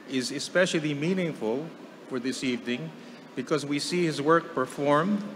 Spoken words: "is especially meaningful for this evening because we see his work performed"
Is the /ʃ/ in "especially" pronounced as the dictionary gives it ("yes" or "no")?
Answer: yes